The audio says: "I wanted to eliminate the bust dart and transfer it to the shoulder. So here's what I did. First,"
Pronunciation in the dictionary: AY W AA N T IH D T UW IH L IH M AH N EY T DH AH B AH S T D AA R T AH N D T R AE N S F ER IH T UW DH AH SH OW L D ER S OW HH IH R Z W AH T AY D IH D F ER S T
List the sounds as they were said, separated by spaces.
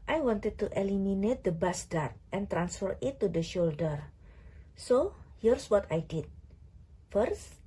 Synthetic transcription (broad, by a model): AY W AA N T IH D T UW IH L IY M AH N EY T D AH B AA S D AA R T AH N T R AE N S F ER IH T UW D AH SH OW L D ER S OW HH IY R S W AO T AY D IH D F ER S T